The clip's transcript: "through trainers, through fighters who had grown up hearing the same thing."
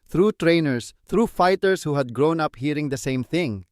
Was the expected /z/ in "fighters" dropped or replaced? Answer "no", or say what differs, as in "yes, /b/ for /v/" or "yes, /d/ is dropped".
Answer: yes, /s/ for /z/